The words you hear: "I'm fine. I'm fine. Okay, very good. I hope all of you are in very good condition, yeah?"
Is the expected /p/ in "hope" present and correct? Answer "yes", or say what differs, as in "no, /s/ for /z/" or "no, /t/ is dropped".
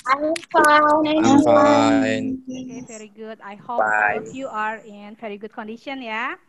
no, /b/ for /p/